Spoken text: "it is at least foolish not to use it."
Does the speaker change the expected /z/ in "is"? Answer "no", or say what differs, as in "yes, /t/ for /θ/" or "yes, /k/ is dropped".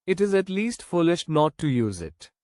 no